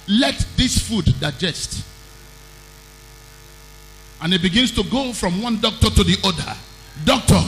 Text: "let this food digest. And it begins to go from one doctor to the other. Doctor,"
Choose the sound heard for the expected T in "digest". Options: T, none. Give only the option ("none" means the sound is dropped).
T